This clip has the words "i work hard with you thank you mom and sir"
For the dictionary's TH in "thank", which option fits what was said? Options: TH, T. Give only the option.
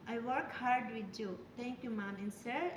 T